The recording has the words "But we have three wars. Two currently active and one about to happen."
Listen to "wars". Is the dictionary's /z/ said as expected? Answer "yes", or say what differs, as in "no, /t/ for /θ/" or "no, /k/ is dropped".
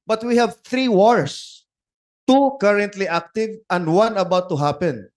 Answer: no, /s/ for /z/